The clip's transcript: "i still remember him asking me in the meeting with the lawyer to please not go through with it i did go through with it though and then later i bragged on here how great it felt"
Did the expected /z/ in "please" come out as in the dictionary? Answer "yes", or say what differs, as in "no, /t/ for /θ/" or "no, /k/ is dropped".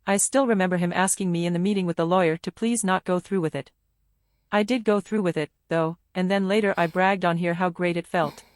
yes